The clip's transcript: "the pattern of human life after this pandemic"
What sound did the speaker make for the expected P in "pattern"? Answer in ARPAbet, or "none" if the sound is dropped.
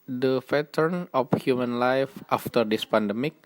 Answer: F